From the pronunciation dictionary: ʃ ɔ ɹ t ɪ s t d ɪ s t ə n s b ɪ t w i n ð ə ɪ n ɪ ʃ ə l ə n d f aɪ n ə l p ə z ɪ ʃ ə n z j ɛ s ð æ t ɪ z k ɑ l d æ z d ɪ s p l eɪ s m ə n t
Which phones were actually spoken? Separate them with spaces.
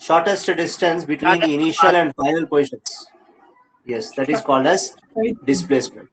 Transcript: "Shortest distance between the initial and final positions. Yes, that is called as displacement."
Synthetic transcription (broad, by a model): ʃ ɔ ɹ t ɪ s t d ɪ s t ə n s b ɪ t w i n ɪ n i ʃ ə l ə n d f aɪ ə l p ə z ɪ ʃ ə n s j ɛ s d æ t ɪ z k ɑ l d æ z d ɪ s p l eɪ s m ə n t